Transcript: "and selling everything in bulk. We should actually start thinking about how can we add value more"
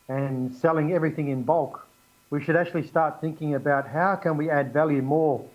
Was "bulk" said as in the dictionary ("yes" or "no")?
yes